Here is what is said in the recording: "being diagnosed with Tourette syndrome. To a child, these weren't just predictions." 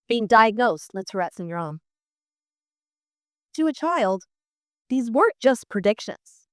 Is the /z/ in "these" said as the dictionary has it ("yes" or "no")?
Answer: yes